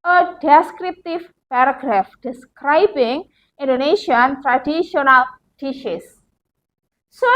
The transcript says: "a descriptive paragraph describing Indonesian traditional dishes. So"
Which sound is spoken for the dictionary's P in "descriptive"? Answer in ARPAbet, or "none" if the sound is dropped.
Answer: P